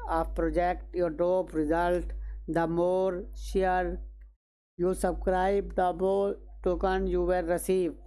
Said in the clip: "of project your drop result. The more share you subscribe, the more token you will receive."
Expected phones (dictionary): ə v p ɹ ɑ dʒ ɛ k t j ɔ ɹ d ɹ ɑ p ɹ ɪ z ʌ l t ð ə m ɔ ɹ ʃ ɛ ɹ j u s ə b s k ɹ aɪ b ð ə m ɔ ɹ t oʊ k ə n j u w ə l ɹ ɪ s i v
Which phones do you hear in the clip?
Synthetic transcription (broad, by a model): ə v p ɹ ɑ dʒ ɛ k t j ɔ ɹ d ɑ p ɹ ɪ z ʌ l t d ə m ɔ ɹ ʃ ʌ ɹ j u s ə b s k ɹ aɪ b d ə m ɔ ɹ t oʊ k ə n j u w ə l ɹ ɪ s i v